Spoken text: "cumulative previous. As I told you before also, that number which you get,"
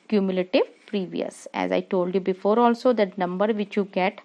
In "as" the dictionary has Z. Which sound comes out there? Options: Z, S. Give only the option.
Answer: Z